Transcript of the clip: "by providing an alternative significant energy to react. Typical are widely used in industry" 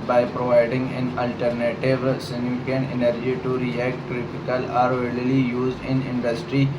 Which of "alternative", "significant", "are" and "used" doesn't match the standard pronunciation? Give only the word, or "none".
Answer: significant